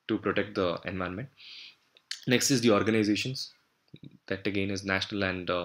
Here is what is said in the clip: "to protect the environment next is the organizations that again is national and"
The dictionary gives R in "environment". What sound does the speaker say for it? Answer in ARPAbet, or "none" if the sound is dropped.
none